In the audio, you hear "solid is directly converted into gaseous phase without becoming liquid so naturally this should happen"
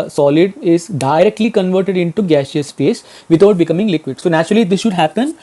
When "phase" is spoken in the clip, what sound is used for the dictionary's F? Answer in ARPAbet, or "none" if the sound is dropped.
P